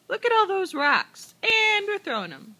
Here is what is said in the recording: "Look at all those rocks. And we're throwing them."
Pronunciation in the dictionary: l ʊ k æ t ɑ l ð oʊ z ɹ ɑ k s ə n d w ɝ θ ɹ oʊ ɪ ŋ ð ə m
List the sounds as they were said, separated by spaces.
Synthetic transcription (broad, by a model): l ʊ k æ t ɑ l ð oʊ z ɹ ɑ k s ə n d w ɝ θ ɹ oʊ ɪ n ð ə m